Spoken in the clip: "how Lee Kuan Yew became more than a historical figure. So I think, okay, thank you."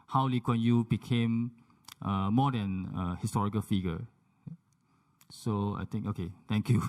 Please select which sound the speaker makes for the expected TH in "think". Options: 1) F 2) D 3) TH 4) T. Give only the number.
4